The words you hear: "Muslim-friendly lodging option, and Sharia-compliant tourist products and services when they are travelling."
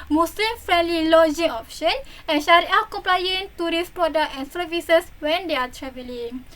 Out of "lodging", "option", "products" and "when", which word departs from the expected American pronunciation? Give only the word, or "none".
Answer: products